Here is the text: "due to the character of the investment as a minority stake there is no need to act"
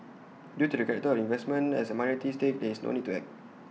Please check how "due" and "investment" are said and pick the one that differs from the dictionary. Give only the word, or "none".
investment